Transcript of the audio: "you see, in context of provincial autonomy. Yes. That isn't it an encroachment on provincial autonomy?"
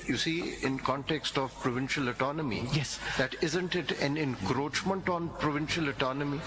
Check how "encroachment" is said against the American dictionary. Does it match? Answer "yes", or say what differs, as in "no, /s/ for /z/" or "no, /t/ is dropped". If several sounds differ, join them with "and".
yes